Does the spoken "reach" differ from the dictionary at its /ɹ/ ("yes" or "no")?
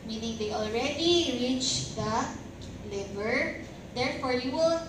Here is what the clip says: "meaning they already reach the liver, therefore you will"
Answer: no